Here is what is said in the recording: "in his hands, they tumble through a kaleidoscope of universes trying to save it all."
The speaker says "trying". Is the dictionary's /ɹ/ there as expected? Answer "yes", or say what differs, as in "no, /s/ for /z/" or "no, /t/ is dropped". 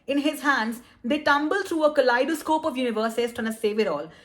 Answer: no, /ɹ/ is dropped